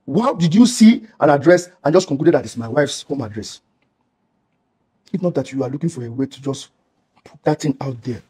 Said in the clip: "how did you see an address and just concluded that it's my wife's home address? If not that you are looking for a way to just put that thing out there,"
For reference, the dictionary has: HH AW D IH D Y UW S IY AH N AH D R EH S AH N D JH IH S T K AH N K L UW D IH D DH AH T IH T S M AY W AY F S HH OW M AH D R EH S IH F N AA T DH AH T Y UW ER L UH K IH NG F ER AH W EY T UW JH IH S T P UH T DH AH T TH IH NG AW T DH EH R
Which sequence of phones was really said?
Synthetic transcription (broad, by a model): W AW D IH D Y UW S IY AH N AH D R EH S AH N JH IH S K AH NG K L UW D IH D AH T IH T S M AY W AY F S HH OW M AH D R EH S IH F N AA T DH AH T Y UW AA L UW K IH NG F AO AH W EY T UW JH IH S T P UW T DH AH T T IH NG AW T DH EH